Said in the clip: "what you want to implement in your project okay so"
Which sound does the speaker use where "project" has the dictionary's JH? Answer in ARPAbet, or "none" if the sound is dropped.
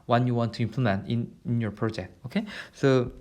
JH